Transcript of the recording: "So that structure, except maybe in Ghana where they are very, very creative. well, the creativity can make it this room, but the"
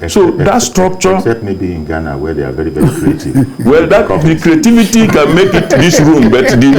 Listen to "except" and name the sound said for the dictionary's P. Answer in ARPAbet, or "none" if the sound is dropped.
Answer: none